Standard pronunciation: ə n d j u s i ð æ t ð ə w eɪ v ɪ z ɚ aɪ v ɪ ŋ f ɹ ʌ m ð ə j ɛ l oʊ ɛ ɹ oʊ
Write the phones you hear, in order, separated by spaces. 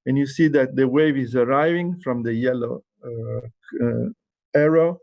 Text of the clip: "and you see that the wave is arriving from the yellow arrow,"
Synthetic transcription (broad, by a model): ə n j u s i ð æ t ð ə w eɪ v ɪ z ɚ aɪ v ɪ ŋ f ɹ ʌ m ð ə j ɛ l oʊ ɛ ɹ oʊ